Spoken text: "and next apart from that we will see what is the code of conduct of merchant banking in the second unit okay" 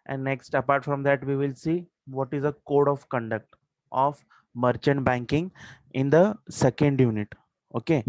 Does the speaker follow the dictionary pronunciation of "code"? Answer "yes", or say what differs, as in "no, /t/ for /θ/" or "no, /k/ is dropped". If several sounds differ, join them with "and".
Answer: yes